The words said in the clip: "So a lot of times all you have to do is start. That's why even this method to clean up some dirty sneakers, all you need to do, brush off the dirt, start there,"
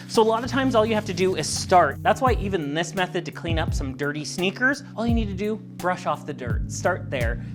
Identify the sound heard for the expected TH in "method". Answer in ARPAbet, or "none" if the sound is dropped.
TH